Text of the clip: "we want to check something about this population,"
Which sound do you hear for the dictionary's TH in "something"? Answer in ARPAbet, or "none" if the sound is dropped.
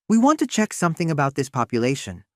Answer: TH